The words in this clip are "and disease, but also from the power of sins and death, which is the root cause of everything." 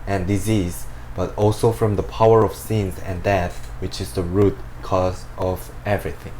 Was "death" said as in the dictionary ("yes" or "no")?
yes